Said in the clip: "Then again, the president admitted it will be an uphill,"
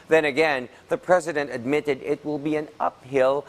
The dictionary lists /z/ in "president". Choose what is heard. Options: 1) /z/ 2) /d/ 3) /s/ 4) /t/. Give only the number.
1